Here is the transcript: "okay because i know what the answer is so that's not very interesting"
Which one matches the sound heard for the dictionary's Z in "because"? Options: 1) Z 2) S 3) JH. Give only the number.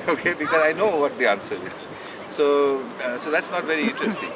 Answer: 1